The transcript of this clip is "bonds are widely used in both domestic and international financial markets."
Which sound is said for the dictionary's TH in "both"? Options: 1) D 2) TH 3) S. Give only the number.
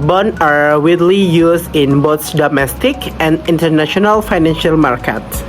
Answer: 3